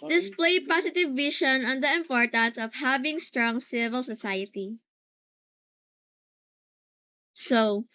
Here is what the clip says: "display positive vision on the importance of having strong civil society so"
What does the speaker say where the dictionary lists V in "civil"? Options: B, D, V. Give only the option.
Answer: V